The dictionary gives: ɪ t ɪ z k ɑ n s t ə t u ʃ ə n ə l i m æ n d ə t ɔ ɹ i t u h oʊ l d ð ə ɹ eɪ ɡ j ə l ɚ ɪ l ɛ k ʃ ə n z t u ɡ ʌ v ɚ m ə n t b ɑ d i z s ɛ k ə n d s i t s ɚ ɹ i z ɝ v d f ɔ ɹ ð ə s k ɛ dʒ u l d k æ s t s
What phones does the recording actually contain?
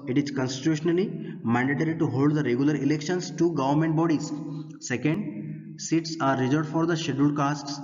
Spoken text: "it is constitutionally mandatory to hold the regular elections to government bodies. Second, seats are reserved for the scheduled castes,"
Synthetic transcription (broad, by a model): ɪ t ɪ z k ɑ n s t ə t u ʃ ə n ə l i m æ n d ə t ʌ ɹ i t u h oʊ l d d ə ɹ eɪ ɡ j ə l ɚ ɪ l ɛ k ʃ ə n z t u ɡ ʌ v ɚ m ə n t b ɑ d i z s ɛ k ə n d s i t s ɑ ɹ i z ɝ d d f ɔ ɹ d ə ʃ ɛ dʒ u d k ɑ s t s